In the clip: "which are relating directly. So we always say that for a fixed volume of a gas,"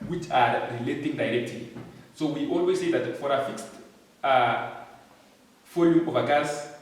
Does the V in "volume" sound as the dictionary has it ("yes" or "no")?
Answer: no